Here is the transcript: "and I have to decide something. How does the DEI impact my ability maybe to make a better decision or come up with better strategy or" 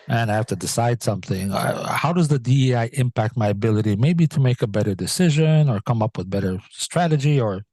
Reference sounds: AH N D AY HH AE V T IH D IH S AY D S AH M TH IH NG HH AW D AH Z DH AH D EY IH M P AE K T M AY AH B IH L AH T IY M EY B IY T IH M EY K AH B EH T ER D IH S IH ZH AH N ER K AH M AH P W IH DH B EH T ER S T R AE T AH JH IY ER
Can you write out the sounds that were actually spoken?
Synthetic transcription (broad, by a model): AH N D AY HH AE F T IH D IH S AY D S AH M TH IH NG HH AW D AH Z DH AH D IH IH M P AE K T M AY AH B IH L AH T IY M EY B IY T IH M EY K AH B EH T ER D IH S IH ZH AH N ER K AH M AH P W IH DH B EH T ER S T R AE T AH JH IY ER